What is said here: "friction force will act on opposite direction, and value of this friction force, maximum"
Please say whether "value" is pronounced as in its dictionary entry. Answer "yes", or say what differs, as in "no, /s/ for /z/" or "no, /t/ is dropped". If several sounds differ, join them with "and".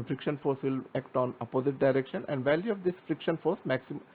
yes